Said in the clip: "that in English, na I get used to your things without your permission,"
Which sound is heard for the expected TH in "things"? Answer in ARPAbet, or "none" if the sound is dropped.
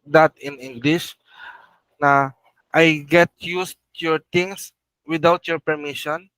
T